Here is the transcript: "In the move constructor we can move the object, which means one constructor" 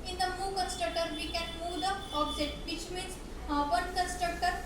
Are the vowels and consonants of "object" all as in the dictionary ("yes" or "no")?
no